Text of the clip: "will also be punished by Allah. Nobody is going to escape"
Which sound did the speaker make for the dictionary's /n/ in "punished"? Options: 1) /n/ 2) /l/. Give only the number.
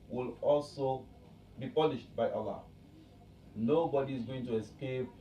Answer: 2